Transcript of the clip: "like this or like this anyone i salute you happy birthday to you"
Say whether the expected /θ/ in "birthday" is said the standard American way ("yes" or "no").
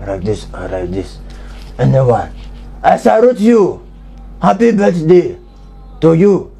no